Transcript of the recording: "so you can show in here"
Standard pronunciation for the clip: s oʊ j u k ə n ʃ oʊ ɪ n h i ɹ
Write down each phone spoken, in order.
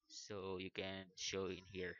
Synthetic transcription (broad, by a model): s oʊ j u k ə n ʃ oʊ ɪ n h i ɹ